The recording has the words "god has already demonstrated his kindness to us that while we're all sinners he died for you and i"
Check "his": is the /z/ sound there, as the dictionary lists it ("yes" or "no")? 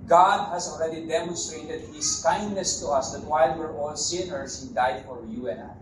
no